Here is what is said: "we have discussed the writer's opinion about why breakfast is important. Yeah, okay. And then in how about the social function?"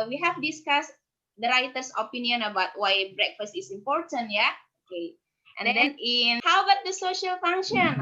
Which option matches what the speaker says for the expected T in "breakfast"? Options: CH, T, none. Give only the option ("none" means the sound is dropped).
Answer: T